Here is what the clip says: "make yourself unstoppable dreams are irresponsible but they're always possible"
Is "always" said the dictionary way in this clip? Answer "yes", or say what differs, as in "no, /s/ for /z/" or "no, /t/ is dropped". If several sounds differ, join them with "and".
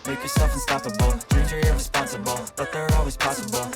yes